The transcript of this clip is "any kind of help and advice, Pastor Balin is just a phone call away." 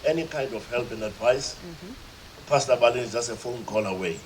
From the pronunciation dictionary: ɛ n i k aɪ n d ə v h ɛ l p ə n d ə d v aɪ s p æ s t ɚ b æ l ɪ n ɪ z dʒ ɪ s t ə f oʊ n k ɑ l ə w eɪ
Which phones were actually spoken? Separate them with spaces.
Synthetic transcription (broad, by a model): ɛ n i k aɪ n d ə f h ɛ l p ə n d ə d v aɪ s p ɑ s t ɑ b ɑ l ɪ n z dʒ ɪ s t ə f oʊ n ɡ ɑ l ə w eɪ